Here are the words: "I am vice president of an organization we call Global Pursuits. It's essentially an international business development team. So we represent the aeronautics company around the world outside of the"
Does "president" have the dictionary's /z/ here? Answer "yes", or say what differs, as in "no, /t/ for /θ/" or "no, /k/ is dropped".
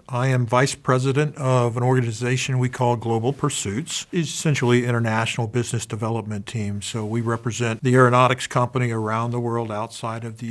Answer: yes